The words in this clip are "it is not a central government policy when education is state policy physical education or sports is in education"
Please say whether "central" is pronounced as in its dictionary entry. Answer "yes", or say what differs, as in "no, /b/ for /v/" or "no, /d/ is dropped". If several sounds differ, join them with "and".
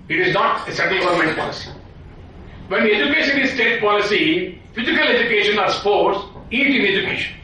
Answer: no, /n/ is dropped and /ɹ/ is dropped